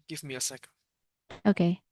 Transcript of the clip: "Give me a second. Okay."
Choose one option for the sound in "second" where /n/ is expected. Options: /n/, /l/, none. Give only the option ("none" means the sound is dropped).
none